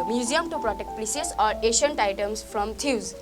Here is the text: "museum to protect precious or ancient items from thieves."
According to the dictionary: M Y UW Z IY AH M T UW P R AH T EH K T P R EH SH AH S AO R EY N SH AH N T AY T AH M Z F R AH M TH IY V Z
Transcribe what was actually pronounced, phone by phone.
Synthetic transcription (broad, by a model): M Y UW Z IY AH M T UW P R AH T EH K T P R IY S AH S AO R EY SH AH N T AY T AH M S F R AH M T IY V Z